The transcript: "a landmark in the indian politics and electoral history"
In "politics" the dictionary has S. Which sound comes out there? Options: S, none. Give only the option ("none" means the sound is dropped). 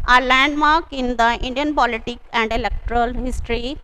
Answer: none